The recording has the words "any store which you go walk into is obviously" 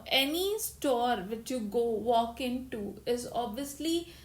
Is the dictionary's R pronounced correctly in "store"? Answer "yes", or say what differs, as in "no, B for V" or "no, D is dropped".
yes